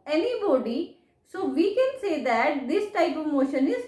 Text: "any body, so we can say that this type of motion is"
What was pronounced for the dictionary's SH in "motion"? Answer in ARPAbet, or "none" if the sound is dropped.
SH